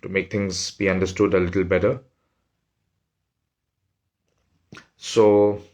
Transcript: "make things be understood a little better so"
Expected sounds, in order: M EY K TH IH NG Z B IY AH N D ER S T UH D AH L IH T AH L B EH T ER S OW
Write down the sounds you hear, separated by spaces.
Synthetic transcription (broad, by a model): M EY K T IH NG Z B IY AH N D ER S T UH D AH L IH T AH L B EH T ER S OW